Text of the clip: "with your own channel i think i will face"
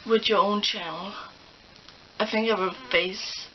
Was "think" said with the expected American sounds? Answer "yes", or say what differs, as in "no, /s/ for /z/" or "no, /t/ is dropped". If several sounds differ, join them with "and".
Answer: yes